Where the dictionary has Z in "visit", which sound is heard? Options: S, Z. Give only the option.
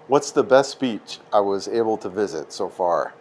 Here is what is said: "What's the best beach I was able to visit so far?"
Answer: Z